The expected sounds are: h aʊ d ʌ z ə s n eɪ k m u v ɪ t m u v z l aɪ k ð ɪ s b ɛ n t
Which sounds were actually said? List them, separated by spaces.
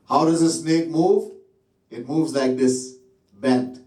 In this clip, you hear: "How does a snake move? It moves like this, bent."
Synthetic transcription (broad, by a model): h aʊ d ʌ z ə s n eɪ k m u v ɪ t m u v z l aɪ k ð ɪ s b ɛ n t